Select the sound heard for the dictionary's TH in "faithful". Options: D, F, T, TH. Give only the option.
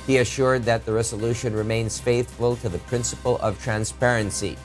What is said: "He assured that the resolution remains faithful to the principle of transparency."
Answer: TH